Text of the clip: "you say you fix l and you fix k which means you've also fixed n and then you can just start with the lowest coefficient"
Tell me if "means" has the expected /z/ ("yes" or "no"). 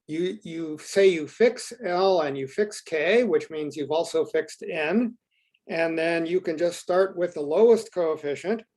yes